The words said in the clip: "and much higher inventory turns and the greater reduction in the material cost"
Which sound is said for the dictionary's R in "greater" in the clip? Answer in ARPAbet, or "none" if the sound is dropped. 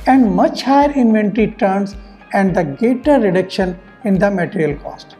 none